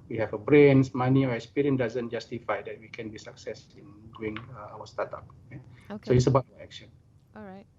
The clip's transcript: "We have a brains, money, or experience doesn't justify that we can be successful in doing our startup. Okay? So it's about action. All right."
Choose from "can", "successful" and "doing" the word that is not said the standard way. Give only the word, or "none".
successful